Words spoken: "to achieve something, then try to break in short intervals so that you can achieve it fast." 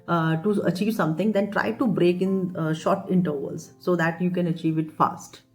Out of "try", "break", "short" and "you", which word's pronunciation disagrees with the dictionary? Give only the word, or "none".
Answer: none